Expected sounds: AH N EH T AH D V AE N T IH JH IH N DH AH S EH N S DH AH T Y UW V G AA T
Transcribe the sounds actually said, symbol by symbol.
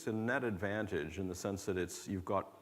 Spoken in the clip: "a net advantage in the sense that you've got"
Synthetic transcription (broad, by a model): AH N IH T AH D V AE N T IH JH IH N DH AH S EH N S DH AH T Y UW V G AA T